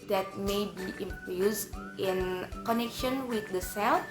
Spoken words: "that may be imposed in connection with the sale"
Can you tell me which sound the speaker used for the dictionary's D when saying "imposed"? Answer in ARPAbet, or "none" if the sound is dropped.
none